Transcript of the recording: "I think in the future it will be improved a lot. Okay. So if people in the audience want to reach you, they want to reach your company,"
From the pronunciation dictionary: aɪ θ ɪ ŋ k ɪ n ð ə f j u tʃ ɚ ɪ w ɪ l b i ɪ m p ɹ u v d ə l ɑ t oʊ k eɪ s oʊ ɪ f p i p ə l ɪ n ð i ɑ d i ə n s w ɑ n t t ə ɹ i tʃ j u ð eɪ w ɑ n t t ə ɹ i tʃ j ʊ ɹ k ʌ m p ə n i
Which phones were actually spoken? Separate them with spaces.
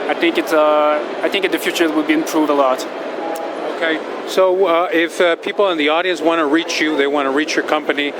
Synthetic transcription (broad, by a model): aɪ θ ɪ ŋ k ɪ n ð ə f j u tʃ ɚ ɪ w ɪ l b i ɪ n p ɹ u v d ə l ɑ t oʊ k eɪ s oʊ ɪ f p i p l ɪ n ð i ɑ d i ə n s w ɑ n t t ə ɹ i tʃ j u ð eɪ w ɑ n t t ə ɹ i tʃ j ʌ ɹ k ʌ m p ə n i